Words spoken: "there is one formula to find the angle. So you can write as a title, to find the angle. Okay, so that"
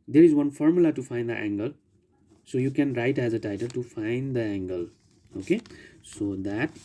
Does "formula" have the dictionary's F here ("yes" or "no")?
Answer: yes